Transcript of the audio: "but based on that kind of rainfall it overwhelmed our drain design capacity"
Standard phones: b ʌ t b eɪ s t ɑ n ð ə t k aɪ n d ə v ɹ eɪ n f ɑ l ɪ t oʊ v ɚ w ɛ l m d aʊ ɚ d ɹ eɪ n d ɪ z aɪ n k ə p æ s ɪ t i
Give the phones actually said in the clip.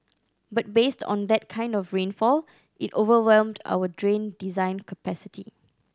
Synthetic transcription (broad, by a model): b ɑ t b eɪ s t ɑ n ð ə t k aɪ n d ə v ɹ eɪ n f ɑ l ɪ t oʊ v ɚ w ɛ l m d aʊ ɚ d ɹ eɪ n d ɪ z aɪ n k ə p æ s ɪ t i